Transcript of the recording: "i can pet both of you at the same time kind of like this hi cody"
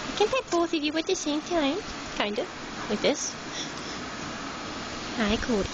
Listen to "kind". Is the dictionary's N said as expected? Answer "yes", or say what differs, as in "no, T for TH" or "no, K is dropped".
yes